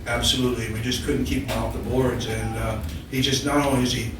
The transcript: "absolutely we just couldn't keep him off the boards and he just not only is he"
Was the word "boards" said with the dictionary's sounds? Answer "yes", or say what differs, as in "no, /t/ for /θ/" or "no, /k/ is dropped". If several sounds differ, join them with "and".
yes